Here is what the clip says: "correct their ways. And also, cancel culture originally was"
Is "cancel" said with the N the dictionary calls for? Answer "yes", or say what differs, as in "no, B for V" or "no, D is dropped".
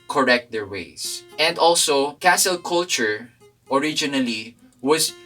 no, N is dropped